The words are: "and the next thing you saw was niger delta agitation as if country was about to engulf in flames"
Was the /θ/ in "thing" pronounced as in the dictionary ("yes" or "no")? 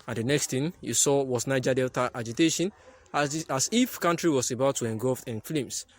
no